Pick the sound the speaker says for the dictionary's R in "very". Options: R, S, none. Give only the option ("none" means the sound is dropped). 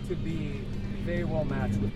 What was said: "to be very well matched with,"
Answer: none